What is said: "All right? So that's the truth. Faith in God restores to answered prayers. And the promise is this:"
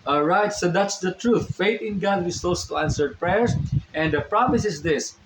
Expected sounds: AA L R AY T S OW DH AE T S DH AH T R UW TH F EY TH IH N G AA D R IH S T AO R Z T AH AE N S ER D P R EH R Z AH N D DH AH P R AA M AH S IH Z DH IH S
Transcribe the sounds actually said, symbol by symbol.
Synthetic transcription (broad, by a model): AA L R AY T S OW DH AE T S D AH T R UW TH F EY T IH N G AA D W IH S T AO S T AE N S ER D P R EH R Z AH N D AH P R AA M AH S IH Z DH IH S